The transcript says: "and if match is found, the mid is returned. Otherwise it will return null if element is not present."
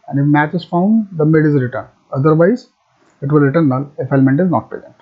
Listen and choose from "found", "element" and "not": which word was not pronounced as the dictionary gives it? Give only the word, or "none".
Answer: none